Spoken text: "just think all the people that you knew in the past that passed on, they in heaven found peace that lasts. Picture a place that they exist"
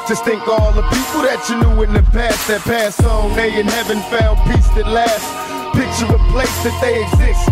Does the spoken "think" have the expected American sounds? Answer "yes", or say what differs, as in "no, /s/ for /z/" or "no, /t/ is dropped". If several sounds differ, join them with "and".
yes